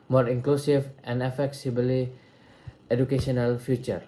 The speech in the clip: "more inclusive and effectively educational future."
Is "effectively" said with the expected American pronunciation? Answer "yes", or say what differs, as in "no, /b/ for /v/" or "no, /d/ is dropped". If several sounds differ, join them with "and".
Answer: no, /s/ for /t/ and /b/ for /v/